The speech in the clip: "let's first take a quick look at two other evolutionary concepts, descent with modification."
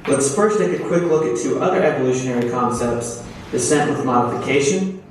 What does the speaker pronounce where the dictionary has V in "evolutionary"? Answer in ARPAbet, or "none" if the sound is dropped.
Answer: V